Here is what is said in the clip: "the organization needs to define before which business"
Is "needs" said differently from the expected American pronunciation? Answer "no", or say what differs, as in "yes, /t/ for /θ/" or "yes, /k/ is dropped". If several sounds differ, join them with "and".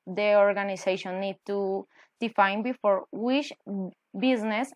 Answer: yes, /z/ is dropped